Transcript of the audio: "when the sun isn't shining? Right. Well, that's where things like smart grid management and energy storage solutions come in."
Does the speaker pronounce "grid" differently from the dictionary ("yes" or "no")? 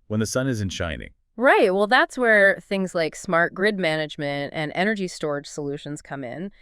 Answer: no